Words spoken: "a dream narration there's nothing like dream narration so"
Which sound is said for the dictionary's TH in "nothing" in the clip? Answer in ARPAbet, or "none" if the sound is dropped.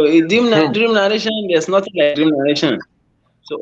T